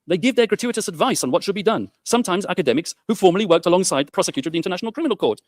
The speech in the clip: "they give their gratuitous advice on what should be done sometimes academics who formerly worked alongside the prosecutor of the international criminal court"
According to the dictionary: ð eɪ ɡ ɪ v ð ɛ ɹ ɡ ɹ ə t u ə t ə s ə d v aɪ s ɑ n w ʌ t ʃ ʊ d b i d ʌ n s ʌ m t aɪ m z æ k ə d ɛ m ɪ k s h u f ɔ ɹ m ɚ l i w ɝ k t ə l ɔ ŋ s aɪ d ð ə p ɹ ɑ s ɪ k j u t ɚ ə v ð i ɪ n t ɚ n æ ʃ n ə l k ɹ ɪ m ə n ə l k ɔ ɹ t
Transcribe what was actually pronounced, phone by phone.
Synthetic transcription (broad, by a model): ð eɪ ɡ ɪ v ð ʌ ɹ ɡ ɹ ə t u ə t ə s ə d v aɪ s n w ʌ t ʃ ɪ d b i d ʌ n s ʌ m t aɪ m z æ k ə d ɛ m ɪ k s h u f ɔ ɹ m ɚ l i w ɝ k t ə l ɔ ŋ s aɪ d ð ə p ɹ ɑ s ɪ k j u t ɚ ə v ð i ɪ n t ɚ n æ ʃ n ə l k ɹ ɪ m ə n ə l k ɔ ɹ t